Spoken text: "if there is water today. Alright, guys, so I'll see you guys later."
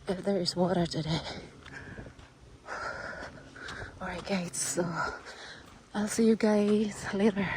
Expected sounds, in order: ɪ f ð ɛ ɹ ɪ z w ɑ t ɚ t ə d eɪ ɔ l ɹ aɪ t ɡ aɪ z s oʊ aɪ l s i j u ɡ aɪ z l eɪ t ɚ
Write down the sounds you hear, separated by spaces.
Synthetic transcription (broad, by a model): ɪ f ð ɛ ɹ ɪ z w ɑ t ɚ t ə d eɪ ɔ ɹ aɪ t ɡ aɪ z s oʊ aɪ l s i j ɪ ɡ aɪ z l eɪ t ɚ